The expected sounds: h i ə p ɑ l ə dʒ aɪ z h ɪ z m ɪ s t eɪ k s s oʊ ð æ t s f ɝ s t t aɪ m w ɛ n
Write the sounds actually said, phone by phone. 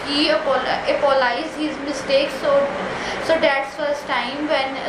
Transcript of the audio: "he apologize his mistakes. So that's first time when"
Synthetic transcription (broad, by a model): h i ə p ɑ l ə ɪ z h ɪ z m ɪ s t eɪ k s s oʊ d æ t s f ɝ s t t aɪ m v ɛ n